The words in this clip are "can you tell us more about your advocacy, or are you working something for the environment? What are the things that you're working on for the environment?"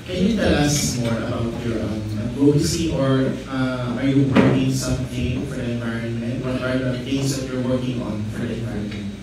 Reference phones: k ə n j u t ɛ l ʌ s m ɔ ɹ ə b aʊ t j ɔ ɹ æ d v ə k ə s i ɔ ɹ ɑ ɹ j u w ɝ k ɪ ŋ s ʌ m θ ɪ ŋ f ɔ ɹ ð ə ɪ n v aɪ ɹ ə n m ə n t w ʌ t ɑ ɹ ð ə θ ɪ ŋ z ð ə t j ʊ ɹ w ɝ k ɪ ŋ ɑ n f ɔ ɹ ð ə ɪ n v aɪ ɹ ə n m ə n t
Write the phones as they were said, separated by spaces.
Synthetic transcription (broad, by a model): k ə n j u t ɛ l ʌ s m ɔ ɹ ə b aʊ t j ɔ ɹ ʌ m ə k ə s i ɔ ɹ ɑ ɹ j u w ɝ k ɪ ŋ s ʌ m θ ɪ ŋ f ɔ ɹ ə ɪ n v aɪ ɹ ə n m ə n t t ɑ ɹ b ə t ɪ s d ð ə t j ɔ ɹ w ɝ k ɪ ŋ ɑ n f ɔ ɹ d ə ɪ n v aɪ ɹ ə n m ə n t